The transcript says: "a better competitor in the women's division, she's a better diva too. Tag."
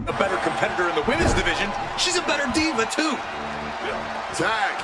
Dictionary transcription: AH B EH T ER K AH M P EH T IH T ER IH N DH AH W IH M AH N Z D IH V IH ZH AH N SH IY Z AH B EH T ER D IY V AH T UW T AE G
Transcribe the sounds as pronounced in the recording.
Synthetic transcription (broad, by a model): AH B EH T ER K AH M P EH T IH T ER IH N DH AH W IH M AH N Z D IH V IH ZH AH N SH IY Z AH B EH T ER D IY V AH T UW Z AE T